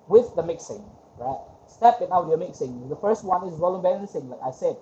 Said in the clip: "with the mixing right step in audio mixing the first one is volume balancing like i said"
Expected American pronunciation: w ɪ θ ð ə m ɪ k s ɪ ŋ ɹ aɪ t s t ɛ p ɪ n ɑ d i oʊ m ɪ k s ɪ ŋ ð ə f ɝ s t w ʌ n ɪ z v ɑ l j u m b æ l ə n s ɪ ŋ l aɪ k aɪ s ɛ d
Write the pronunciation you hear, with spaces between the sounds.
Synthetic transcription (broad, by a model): w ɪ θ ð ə m ɪ k s ɪ ŋ ɹ aɪ t s t ɛ p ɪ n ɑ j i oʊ m ɪ k s ɪ ŋ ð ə f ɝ s t w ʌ n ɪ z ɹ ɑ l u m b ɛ n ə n s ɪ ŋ l aɪ k aɪ s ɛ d